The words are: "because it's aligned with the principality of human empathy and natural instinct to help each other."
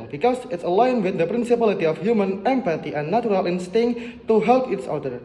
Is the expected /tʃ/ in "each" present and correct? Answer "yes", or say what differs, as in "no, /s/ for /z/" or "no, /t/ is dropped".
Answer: no, /s/ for /tʃ/